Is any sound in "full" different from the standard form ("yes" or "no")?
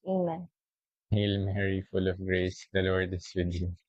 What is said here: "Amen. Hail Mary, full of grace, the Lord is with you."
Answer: no